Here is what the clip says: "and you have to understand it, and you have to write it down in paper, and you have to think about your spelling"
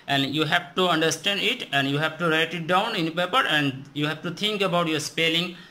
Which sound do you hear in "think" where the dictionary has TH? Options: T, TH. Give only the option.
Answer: T